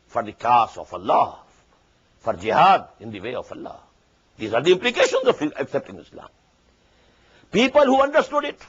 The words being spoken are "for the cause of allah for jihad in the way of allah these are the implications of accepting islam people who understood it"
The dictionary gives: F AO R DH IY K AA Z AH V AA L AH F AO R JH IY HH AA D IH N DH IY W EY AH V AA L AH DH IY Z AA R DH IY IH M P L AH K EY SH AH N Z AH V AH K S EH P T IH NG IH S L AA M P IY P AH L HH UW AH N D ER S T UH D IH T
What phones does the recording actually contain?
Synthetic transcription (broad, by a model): F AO R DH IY K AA S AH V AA L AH F AO R JH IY HH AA D IH N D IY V EY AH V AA L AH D IY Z AA R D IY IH M P L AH K EY SH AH N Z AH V AH K S EH P T IH NG IH S L AA M P IY P AH L HH UW AH N D ER S T UH D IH T